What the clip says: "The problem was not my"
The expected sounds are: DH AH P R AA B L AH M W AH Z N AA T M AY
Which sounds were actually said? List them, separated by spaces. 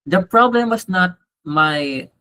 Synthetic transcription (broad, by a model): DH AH P R AA B L AH M W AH S N AA T M AY